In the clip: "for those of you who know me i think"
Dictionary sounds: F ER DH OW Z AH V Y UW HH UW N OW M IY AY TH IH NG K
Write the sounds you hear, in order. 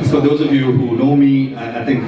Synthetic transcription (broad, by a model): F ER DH OW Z AH V Y UW HH UW N OW M IY AY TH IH NG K